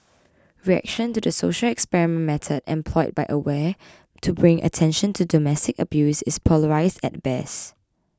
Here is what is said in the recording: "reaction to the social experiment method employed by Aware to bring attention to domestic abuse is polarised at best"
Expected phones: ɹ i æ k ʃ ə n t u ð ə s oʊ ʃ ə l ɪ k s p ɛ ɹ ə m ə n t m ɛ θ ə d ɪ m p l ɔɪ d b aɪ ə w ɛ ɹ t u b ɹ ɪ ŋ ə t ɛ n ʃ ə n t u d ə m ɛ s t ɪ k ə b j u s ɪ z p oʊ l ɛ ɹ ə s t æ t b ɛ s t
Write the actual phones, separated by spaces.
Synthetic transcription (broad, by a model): ɹ i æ k ʃ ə n t u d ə s oʊ ʃ ə l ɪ k s p ɛ ɹ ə m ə n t m ɛ t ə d ɪ m p l ɔɪ d b aɪ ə w ɛ t u b ɹ ɪ ŋ ə t ɛ n ʃ ə n t u d ə m ɛ s t ɪ k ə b j u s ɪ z p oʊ l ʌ ɹ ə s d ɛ t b ɛ s